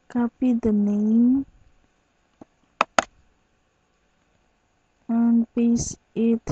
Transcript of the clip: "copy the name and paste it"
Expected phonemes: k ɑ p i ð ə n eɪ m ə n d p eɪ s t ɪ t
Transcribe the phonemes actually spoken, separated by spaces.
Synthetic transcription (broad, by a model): k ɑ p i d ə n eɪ ə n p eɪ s ɪ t